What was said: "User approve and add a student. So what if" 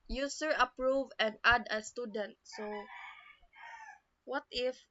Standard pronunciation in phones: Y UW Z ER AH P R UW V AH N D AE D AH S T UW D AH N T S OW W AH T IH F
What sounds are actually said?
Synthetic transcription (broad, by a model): Y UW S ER AH P R UW V AH N D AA D AH S T UW D AH N T S OW W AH T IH F